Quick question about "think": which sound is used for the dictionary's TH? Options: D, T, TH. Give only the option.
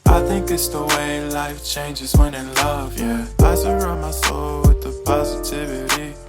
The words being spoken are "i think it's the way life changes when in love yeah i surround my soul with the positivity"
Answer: TH